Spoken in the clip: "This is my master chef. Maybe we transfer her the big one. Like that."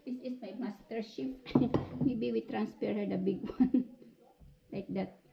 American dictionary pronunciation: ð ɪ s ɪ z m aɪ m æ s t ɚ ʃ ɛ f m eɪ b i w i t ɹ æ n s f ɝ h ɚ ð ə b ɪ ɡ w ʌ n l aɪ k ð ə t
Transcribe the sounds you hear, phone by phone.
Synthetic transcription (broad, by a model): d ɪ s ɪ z m aɪ m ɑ s t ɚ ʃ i p m eɪ b i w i t ɹ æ n s p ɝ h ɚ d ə b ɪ ɡ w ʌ n l aɪ k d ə t